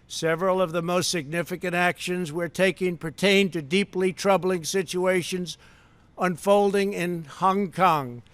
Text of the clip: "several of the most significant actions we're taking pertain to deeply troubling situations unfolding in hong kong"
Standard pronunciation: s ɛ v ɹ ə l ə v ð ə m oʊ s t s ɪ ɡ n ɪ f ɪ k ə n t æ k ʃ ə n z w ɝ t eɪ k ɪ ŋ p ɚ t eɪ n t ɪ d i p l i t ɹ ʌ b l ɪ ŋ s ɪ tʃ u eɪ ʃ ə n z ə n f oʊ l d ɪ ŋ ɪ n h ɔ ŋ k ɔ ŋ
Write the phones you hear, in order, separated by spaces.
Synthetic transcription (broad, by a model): s ɛ v ɹ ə l ə v ð ə m oʊ s t s ɪ ɡ n ɪ f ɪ k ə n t æ k ʃ ə n z w ɝ t eɪ k ɪ ŋ p ɚ t eɪ n t ɪ d i p l i t ɹ ʌ b l ɪ ŋ s ɪ tʃ u eɪ ʃ ə n z ə n f oʊ l d ɪ ŋ ɪ n h ɔ ŋ k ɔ ŋ